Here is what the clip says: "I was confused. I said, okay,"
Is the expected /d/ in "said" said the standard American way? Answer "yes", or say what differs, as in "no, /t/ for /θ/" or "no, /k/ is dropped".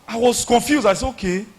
no, /d/ is dropped